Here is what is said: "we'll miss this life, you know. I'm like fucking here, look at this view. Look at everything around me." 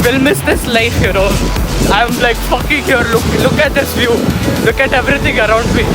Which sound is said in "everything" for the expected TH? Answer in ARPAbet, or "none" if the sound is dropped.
T